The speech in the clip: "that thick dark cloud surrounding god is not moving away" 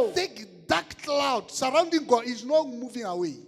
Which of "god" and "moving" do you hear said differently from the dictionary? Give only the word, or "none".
god